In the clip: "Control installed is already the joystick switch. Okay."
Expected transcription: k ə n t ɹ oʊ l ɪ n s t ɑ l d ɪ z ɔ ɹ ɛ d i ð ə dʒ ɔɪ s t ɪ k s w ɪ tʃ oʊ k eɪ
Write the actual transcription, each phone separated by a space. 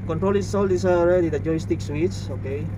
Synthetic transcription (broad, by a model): k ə n t ɹ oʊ l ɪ s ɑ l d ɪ s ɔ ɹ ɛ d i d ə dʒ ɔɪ s t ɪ k s w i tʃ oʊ k eɪ